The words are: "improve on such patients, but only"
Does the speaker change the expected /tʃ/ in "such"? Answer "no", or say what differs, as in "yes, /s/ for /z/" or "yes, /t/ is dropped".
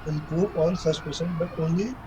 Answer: yes, /s/ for /tʃ/